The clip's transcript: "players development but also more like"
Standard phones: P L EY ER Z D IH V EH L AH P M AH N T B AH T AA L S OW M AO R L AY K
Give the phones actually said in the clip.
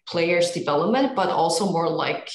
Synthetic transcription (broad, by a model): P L EY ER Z D IH V EH L AH P M AH N T B AH T AA L S OW M AO R L AY K